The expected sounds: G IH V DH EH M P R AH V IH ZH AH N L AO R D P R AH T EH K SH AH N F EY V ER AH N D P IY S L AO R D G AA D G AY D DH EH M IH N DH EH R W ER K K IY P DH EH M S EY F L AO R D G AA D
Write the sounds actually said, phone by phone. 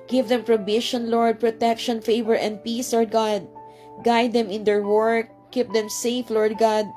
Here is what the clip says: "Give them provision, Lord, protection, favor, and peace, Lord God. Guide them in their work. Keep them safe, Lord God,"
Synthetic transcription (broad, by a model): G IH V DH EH M P R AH B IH SH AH N L AO R D P R AH T EH K SH AH N F EY V ER AH N D P IY S L AO R D G AA D G AY D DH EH M IH N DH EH R W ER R K IY P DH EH M S EY F L AO R D G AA D